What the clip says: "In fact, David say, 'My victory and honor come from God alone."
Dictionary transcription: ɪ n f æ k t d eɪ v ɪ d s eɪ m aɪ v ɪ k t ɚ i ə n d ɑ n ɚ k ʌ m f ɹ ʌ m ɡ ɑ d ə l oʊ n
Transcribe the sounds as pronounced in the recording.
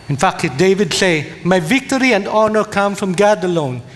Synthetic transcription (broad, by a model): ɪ n f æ k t d eɪ v ɪ d s eɪ m aɪ v ɪ k t ɚ i ə n d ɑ n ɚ k ʌ m f ɹ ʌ m ɡ ɑ d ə l oʊ n